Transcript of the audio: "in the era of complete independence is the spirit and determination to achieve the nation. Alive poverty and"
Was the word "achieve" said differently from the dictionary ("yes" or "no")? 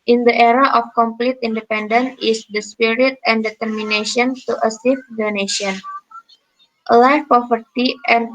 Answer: yes